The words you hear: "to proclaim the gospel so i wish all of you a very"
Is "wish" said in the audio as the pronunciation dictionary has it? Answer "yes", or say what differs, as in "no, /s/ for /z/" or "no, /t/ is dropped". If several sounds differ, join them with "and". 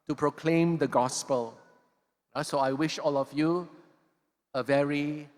yes